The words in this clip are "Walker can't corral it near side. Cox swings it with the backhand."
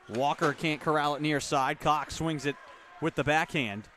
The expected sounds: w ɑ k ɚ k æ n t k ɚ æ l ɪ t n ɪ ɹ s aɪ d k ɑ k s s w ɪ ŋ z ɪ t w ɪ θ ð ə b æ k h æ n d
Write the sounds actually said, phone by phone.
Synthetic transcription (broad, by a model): w ɑ k ɚ k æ n k ɚ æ l ɪ t n ɪ ɹ s aɪ d k ɑ k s s w ɪ ŋ z ɪ t w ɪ ð ə b æ k h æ n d